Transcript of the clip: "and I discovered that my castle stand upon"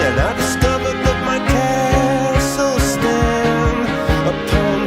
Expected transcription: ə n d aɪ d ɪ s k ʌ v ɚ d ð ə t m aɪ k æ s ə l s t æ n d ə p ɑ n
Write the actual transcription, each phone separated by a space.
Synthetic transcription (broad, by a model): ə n aɪ d ɪ s k ʌ v ɚ d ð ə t m aɪ k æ s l s t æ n ə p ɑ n